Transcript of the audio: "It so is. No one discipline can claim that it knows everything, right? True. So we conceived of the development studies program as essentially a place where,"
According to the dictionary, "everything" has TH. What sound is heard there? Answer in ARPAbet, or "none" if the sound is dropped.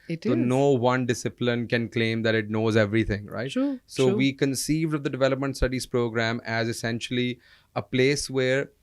T